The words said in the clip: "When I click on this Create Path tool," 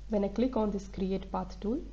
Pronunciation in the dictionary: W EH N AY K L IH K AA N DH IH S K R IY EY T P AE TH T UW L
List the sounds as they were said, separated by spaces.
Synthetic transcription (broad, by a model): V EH N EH K L IH K AA N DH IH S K R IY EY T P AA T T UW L